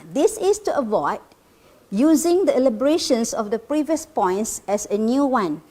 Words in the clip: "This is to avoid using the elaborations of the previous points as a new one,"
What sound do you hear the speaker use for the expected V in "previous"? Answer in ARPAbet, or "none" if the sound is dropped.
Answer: V